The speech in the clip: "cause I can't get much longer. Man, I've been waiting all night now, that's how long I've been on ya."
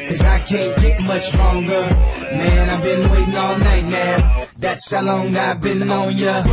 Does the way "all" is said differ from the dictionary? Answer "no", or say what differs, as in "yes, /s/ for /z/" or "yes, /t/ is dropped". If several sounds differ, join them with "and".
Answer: yes, /n/ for /l/